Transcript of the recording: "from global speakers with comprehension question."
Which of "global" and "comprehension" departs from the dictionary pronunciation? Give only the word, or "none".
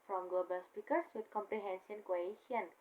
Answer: comprehension